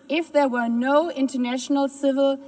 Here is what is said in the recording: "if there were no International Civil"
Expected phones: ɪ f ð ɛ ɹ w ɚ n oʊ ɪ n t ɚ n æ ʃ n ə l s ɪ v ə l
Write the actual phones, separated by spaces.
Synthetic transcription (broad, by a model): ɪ f ð ɛ ɹ w ɚ n oʊ ɪ n t ɚ n æ ʃ n ə l s ɪ v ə l